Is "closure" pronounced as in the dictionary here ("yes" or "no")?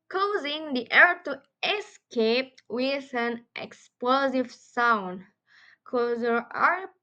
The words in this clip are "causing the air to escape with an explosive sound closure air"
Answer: no